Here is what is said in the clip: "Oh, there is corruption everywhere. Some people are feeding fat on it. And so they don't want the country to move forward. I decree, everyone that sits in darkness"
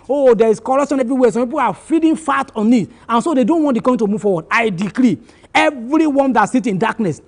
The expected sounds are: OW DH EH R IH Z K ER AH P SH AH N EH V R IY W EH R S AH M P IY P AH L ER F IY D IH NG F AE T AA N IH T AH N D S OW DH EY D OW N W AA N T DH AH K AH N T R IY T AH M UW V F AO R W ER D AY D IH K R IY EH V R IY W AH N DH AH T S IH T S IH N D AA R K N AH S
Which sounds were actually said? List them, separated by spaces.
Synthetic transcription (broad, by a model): OW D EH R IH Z K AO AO SH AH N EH V R IY W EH S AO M P IY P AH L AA F IY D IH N F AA T AA N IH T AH N S OW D EY D OW N W AA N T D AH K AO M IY T AH M UW V F AO W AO D AY D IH K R IY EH V R IY W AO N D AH T S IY T IH N D AA K N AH S